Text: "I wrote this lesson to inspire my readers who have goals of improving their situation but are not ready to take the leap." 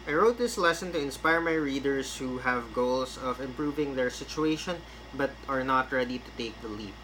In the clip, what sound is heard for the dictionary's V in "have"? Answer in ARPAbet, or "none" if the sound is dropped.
V